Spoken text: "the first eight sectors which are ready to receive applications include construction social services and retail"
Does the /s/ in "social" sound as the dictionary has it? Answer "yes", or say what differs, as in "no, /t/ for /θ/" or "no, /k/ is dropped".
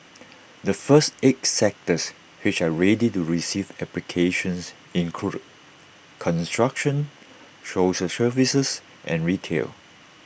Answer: no, /ʃ/ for /s/